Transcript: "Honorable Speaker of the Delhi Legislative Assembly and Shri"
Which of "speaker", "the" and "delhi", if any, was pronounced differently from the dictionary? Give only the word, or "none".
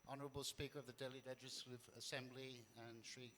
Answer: none